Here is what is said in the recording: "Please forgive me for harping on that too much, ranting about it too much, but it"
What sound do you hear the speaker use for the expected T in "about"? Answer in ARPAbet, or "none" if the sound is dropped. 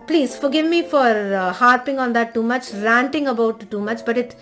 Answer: none